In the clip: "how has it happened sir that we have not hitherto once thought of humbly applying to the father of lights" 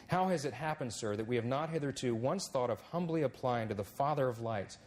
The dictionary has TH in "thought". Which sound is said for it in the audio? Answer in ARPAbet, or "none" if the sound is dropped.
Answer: TH